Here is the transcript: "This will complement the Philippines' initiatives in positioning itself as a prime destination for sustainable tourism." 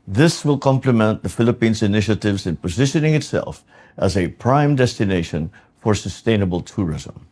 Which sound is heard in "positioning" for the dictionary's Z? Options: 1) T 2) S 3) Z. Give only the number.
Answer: 3